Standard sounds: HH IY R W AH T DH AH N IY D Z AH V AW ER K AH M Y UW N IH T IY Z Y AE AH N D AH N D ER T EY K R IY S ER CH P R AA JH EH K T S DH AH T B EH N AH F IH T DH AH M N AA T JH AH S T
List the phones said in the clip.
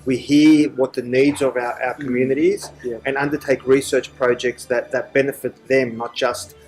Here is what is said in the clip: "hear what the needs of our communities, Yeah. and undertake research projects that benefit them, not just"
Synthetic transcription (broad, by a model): HH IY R W AH T DH AH N IY D Z AH V AW ER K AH M Y UW N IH T IY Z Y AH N AH N D ER T EY K R IY S ER CH P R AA JH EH K T S DH AH T B EH N AH F IH T DH AH M N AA T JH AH S T